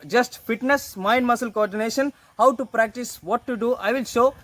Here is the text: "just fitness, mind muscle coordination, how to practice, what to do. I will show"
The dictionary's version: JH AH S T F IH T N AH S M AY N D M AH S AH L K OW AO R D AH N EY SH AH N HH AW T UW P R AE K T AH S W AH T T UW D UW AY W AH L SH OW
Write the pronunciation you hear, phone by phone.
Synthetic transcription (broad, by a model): JH AH S T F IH T N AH S M AY N D M AH S AH L K OW AO R D AH N EY SH AH N HH AW T UW P R AE K T AH S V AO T T UW D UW AY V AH L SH OW